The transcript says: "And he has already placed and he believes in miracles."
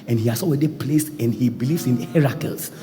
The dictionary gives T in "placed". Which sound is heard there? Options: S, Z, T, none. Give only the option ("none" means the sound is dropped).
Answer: none